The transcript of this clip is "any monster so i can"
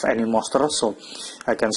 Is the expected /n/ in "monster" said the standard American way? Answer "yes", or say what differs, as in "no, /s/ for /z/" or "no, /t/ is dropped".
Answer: no, /n/ is dropped